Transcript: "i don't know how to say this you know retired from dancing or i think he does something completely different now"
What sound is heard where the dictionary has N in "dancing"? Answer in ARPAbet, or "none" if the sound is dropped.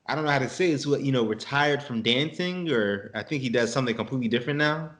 N